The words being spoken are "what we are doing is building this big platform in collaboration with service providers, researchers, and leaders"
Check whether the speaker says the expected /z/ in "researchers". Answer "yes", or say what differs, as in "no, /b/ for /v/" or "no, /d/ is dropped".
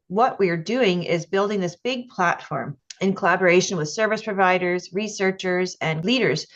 yes